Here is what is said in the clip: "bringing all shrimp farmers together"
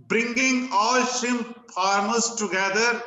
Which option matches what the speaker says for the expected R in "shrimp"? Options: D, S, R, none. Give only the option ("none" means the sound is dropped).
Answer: none